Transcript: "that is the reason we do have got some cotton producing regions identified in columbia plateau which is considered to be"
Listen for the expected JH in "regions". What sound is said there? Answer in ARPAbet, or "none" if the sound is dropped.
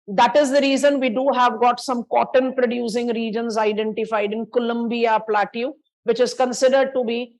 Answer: JH